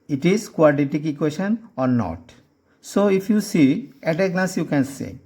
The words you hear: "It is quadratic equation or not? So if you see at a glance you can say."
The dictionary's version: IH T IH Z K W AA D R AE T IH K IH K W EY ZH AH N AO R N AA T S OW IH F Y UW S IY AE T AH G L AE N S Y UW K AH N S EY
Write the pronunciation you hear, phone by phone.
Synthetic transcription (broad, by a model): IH T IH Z K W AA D IY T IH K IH K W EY SH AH N AO R N AA T S OW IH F Y UW S IY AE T AH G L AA S Y UW K AH N S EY